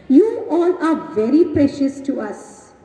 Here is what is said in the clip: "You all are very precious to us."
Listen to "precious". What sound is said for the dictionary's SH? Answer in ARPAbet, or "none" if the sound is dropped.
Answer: SH